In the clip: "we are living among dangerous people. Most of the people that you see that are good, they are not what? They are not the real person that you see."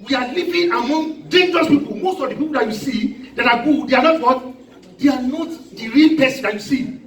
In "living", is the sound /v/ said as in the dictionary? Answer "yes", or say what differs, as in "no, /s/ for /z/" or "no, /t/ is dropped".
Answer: no, /p/ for /v/